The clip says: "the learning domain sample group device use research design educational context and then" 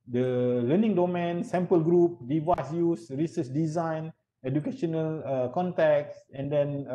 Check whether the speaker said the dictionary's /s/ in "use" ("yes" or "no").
yes